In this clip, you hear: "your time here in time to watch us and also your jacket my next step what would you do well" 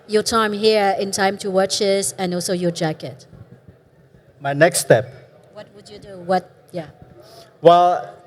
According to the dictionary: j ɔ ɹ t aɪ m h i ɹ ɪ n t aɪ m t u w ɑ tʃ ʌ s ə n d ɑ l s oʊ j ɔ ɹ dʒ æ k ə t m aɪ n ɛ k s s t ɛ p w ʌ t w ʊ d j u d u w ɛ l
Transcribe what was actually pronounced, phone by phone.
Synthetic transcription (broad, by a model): j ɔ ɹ t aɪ m h i ɹ ɪ n t aɪ m t u w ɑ tʃ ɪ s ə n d ɑ l s oʊ j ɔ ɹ dʒ æ k ə t m aɪ n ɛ k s s t ɛ p w ʌ t w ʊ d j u d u w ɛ l